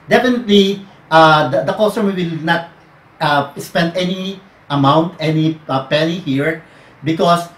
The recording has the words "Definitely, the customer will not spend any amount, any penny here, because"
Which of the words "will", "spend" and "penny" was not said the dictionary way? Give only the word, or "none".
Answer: penny